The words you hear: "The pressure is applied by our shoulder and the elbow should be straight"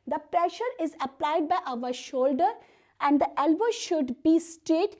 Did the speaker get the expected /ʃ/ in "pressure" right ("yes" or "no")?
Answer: yes